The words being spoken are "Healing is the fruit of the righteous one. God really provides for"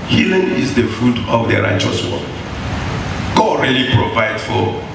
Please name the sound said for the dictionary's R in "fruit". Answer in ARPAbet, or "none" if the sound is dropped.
none